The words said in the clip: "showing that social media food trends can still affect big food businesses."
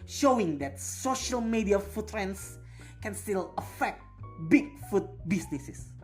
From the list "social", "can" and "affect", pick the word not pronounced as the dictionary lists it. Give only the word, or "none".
none